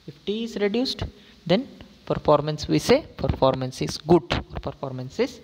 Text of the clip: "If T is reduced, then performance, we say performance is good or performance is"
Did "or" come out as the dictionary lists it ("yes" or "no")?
yes